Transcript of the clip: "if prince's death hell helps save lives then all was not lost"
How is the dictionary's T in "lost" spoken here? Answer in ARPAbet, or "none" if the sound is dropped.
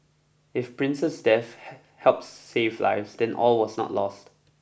T